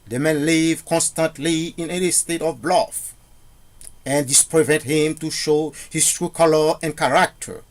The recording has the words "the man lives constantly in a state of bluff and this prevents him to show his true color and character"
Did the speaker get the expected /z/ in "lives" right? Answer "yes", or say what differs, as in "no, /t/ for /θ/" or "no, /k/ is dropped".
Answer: no, /z/ is dropped